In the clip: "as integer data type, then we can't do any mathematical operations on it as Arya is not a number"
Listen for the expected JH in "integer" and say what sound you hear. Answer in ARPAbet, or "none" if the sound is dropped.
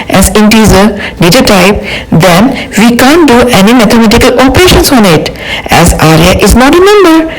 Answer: Z